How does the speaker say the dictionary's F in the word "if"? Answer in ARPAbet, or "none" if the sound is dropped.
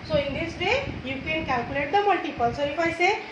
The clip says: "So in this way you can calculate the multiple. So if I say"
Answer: P